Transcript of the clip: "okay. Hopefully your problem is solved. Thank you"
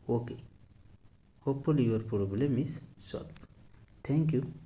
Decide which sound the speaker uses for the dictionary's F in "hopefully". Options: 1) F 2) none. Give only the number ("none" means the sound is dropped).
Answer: 2